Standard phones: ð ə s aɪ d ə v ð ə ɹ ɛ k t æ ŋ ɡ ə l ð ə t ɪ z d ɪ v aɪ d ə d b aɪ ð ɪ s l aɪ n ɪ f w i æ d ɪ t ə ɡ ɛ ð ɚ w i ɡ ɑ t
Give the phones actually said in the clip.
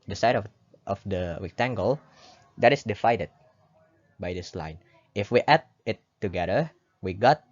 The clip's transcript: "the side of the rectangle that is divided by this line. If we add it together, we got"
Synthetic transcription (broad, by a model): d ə s aɪ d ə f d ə w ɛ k t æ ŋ ɡ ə l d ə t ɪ s d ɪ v aɪ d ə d b aɪ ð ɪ s l aɪ n ɪ f w i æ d ɪ t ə ɡ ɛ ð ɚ w i ɡ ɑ t